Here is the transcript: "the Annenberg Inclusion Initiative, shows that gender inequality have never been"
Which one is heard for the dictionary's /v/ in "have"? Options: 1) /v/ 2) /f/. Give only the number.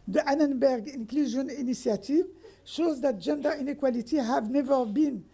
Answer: 1